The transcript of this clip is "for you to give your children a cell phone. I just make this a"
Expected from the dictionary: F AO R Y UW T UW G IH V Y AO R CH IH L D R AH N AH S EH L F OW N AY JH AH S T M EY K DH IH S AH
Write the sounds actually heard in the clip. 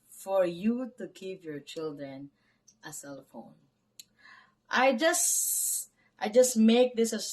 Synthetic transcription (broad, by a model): F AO R Y UW T UW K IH P Y AO R CH IH L D R AH N AH S EH L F OW N AY JH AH S T M EY K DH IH S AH